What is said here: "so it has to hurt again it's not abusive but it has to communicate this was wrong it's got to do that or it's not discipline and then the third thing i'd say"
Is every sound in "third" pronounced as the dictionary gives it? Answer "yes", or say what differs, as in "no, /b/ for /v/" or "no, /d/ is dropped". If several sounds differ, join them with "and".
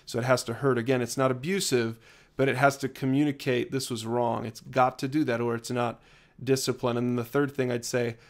yes